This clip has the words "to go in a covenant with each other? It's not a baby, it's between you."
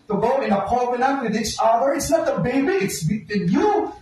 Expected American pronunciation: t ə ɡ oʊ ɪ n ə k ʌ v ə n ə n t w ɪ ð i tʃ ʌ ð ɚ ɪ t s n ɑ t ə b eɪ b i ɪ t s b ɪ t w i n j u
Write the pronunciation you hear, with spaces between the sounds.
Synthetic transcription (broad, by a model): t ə ɡ oʊ ɪ n ə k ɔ b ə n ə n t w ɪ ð i tʃ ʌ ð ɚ ɪ t s n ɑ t ə b eɪ b i ɪ t s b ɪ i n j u